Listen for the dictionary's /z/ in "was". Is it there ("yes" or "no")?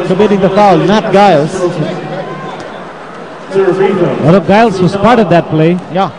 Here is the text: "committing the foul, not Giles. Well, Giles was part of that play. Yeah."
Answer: no